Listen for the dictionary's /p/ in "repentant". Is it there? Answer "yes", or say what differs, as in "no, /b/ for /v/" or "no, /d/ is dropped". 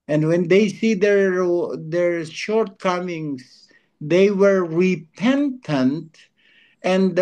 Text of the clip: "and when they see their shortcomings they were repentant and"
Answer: yes